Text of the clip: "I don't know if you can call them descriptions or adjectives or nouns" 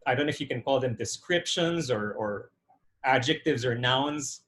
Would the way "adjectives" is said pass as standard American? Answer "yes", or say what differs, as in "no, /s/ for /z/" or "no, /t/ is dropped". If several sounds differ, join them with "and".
yes